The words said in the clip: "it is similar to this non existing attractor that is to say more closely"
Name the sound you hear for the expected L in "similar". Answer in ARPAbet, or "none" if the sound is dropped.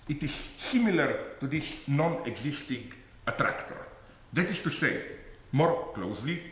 L